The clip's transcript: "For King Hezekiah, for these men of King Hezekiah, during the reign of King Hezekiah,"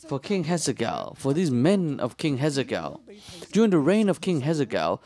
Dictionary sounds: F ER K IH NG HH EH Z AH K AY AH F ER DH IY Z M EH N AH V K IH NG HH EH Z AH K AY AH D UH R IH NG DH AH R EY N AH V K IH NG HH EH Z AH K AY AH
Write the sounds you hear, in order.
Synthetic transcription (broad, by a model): F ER K IH NG HH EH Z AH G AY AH F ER DH IY Z M EH N AH V K IH NG HH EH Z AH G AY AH D UH R IH NG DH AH R EY N AH V K IH NG HH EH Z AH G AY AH